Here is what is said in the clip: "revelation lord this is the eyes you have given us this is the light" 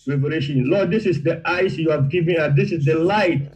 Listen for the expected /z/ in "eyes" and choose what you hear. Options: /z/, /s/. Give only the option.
/s/